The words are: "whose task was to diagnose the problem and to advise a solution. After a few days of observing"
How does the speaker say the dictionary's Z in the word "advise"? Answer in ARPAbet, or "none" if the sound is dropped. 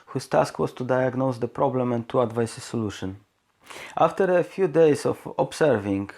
S